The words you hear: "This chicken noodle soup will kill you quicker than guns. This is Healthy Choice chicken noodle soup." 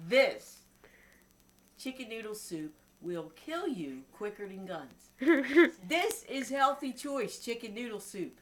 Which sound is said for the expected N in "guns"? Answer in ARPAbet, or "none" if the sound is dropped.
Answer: N